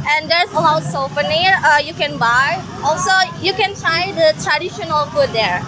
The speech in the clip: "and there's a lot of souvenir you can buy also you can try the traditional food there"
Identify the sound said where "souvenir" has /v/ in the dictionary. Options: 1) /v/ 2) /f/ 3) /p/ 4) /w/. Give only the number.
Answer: 2